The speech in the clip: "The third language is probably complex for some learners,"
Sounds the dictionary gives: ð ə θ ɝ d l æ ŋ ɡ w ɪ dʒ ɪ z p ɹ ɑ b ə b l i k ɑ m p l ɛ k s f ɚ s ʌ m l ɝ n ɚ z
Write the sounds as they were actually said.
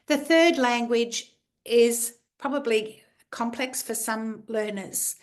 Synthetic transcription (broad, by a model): ð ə θ ɝ d l æ ŋ ɡ w ɪ dʒ ɪ z p ɹ ɑ b ə b l i k ɑ m p l ɛ k s f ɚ s ʌ m l ɝ n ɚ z